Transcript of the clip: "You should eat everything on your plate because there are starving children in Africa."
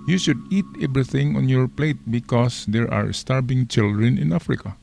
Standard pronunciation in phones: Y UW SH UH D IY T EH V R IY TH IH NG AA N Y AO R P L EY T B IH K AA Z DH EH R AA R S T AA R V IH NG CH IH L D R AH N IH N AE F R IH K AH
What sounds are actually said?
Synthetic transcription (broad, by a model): Y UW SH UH D IY T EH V R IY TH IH NG AA N Y AO R P L EY T B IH K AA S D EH R AA R S T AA R B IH NG CH IH L D R AH N IH N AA F R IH K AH